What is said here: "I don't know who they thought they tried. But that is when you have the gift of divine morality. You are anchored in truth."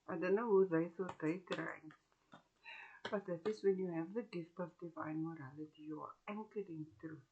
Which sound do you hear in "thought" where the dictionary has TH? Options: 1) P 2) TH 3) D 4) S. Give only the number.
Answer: 4